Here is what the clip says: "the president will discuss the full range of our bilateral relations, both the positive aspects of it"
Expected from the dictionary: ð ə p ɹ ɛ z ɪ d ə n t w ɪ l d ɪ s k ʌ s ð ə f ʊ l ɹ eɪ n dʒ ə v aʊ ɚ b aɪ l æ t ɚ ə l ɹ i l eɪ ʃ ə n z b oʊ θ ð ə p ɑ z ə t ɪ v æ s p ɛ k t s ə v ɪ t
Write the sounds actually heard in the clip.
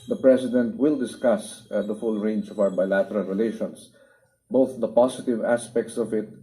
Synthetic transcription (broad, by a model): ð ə p ɹ ɛ s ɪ d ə n t w ɪ l d ɪ s k ʌ s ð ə f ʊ l ɹ eɪ n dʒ ə v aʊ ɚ b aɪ l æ t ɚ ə l ɹ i l eɪ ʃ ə n s b oʊ θ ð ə p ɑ s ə t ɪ v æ s p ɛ k t s ə v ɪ t